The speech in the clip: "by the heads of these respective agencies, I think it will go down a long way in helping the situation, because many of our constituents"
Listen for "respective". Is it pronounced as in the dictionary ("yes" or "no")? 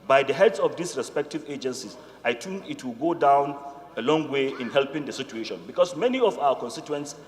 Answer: yes